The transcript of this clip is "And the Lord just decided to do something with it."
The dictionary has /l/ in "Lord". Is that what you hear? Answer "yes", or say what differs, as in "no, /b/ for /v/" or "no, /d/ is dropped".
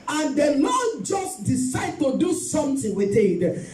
no, /n/ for /l/